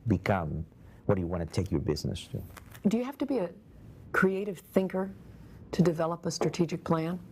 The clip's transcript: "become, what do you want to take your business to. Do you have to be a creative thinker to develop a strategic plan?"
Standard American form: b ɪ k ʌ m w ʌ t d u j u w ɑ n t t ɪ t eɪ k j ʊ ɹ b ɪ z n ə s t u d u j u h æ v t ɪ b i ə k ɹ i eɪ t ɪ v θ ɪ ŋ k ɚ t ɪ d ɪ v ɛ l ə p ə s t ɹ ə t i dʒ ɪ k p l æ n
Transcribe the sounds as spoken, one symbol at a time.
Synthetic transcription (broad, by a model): b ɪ k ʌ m w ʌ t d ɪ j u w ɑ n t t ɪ t eɪ k j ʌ ɹ b ɪ z n ə s t u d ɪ j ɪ h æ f t ɪ b i ə k ɹ i eɪ t ɪ v θ ɪ ŋ k ɚ t ɪ d ɪ v ɛ l ə p ə s t ɹ ə t i dʒ ɪ k p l æ n